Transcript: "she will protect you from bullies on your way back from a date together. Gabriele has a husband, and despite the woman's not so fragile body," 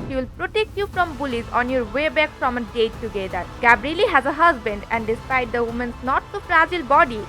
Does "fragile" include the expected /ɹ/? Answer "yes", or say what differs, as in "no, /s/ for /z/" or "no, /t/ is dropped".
yes